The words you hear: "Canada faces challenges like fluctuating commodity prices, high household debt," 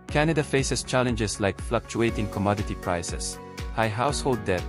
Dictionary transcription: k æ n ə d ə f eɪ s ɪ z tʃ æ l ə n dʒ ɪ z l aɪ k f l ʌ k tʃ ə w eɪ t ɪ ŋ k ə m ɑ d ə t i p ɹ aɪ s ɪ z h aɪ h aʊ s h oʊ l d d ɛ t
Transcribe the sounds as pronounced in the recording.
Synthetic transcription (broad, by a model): k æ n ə d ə f eɪ s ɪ s tʃ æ l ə n dʒ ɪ s l aɪ k f l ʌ k tʃ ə eɪ t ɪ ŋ k ə m ɑ d ə t i p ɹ aɪ s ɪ s h aɪ h aʊ s h oʊ l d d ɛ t